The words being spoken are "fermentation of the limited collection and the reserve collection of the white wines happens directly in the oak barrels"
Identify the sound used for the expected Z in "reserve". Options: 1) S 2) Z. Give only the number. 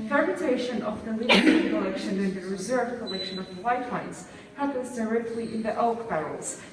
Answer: 2